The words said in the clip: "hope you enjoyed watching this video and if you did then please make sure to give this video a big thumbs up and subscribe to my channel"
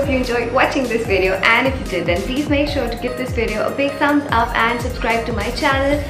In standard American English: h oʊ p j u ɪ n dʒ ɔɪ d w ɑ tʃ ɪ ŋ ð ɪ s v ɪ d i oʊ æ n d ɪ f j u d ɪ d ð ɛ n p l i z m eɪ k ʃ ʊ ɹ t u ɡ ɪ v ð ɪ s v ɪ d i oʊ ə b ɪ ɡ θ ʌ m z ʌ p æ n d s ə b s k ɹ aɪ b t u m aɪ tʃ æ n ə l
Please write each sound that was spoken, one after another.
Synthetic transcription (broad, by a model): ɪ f j u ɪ n dʒ ɔɪ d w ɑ tʃ ɪ ŋ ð ɪ s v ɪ d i oʊ æ n d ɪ f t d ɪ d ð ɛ n p l i z m eɪ k ʃ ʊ ɹ t u ɡ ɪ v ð ɪ s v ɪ d i oʊ ə b ɪ ɡ s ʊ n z ʌ p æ n d s ə b s k ɹ aɪ b t u m aɪ tʃ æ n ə l